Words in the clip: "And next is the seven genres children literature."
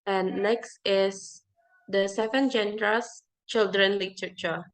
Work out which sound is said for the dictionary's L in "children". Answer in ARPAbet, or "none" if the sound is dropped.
L